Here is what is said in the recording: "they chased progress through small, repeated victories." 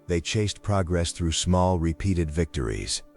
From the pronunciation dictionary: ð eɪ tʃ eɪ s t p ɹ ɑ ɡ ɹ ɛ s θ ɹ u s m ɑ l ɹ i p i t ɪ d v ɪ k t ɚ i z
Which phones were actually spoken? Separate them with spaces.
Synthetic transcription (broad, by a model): ð eɪ tʃ eɪ s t p ɹ ɑ ɡ ɹ ɛ s θ ɹ u s m ɑ l ɹ i p i t ɪ d v ɪ k t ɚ i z